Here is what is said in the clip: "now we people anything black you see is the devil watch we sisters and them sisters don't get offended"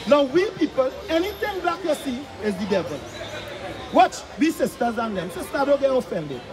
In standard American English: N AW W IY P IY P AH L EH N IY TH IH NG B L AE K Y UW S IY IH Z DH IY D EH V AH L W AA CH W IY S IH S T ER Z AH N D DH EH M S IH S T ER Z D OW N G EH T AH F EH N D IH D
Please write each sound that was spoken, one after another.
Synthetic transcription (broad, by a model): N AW W IY P IY P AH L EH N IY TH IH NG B AA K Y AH S IY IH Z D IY D EH V AH L W AA CH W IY S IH S T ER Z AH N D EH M S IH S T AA D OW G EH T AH F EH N D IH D